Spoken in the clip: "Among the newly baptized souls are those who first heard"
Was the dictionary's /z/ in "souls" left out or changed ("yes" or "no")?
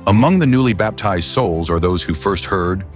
no